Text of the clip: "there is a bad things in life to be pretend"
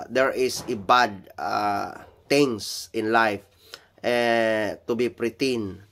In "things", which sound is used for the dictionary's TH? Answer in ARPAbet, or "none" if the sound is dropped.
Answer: T